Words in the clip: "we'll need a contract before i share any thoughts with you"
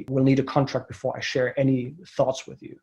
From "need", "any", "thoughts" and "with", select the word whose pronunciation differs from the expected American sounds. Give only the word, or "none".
none